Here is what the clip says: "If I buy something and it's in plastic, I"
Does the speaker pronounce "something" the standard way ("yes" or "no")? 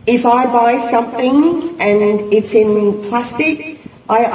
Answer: yes